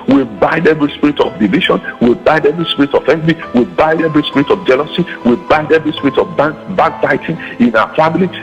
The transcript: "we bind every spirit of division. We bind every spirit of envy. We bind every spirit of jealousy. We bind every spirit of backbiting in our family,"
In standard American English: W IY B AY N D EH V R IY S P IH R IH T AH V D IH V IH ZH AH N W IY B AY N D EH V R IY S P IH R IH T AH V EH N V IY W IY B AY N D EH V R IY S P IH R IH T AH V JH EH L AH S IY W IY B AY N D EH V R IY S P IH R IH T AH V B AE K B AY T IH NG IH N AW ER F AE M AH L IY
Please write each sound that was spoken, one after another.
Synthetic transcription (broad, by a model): W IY B AY N D EH V R IY S P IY R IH T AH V D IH V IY SH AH N W IY B AY N D EH V R IY S P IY R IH T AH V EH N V IY W IY B AY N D EH V R IY S P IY R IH T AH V JH EH L AH S IY W IY B AY N D EH V R IY S P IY R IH T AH B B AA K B AY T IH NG IH N AW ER F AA M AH L IY